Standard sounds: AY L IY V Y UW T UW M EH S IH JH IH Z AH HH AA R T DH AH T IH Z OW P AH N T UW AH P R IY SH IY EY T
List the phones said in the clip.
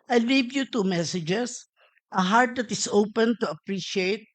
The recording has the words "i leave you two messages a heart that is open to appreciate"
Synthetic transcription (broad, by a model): AY L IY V Y UW T UW M EH S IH JH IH S AH HH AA R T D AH T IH S OW P AH N T UW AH P R IY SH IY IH T